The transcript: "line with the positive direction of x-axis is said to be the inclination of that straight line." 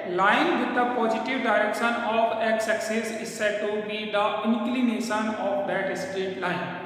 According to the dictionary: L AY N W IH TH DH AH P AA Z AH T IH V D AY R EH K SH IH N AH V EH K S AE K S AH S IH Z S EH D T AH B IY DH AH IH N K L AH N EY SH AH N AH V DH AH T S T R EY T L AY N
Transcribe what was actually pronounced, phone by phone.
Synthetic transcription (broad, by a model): L AY N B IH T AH P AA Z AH T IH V D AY R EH K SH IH N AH F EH K S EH K S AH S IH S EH T AH B IY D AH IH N K L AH N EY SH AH N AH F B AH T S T EY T L AY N